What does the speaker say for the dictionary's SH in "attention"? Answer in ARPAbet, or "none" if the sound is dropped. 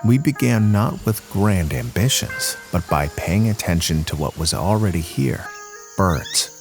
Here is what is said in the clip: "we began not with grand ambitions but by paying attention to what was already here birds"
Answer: SH